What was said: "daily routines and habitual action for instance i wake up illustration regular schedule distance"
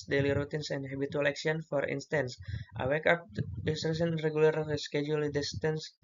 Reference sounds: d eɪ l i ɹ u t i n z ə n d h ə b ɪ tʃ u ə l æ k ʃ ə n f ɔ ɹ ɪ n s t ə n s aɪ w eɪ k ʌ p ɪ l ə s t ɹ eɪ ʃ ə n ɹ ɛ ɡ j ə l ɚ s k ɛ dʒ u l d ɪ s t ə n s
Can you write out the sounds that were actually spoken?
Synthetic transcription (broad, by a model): d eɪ l i ɹ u t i n s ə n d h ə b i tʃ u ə l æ k s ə n f ɔ ɹ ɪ n s t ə n s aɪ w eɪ k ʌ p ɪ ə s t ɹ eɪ s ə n ɹ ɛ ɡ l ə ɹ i s k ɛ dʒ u l d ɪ s t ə n s